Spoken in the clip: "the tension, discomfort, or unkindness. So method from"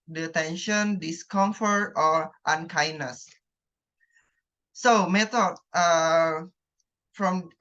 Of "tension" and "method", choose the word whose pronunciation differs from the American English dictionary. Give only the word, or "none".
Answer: method